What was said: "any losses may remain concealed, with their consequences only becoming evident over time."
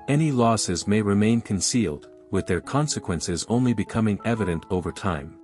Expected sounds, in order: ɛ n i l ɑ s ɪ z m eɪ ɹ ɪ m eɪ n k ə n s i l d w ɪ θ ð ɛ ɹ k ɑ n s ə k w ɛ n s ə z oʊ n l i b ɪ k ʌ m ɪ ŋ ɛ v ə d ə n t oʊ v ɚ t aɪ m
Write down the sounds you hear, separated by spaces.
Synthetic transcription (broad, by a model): ɛ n i l ɑ s ɪ z m eɪ ɹ ɪ m eɪ n k ə n s i l d w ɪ ð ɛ ɹ k ɑ n s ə k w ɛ n s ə z oʊ n l i b ɪ k ʌ m ɪ ŋ ɛ v ə d ə n t oʊ v ɚ t aɪ m